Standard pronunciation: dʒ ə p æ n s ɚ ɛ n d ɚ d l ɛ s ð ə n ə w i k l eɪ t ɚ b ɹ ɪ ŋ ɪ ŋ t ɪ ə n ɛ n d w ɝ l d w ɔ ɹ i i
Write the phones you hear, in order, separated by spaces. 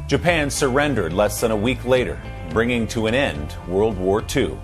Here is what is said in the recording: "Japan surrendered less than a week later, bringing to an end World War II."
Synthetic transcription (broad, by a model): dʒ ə p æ n s ɚ ɛ n d ɚ d l ɛ s ð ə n ə w i k l eɪ t ɚ b ɹ ɪ ŋ ɪ ŋ t ɪ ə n ɛ n d w ɝ l d w ɔ ɹ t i